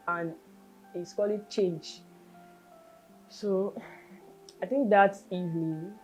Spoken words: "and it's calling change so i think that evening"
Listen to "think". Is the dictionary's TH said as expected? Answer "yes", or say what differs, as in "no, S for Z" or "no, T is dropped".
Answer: no, T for TH